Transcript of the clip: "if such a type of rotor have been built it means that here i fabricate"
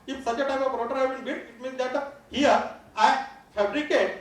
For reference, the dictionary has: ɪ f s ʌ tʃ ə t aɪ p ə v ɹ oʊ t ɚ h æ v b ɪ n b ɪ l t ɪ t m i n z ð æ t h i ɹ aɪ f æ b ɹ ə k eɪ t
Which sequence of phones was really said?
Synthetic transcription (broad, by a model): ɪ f s ʌ tʃ ə t aɪ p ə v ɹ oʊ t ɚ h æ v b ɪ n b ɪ t ɪ t m i n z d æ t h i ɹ aɪ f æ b ɹ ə k eɪ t